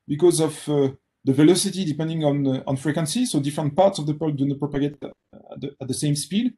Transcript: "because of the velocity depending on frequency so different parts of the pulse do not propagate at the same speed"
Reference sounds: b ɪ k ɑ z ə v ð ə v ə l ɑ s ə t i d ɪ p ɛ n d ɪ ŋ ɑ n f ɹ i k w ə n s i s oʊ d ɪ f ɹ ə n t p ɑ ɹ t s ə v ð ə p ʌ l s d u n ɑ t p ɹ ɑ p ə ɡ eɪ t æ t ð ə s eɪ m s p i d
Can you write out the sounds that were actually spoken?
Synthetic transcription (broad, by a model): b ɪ k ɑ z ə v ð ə v ə l ɑ s ə t i d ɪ p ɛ n d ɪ ŋ ɑ n f ɹ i k w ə n s i s oʊ d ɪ f ɹ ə n t p ɑ ɹ t s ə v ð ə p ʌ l d u n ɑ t p ɹ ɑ p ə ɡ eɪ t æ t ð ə s eɪ m s p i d